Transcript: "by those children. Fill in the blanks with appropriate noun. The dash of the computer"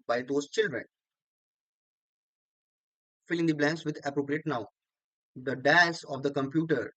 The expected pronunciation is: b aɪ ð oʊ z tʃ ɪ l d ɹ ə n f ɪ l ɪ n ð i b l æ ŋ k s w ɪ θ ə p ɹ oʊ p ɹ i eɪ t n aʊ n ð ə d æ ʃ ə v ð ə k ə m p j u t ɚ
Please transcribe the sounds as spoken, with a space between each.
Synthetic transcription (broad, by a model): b aɪ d oʊ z tʃ ɪ l d ɹ ə n f ɪ l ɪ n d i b l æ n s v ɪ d ə p ɹ oʊ p ɹ i eɪ t n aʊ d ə d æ s ə v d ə k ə m p j u t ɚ